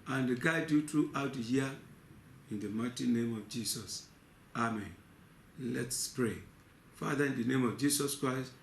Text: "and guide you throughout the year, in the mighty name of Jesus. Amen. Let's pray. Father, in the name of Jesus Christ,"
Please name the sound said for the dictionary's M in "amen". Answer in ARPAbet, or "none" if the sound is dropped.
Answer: M